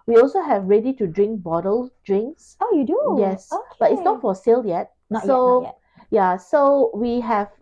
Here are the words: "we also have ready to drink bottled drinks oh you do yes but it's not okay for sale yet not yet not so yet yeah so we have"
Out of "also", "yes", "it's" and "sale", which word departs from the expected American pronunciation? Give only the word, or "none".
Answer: none